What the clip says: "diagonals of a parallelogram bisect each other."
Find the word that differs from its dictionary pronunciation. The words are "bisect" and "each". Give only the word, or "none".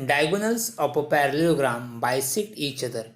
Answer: bisect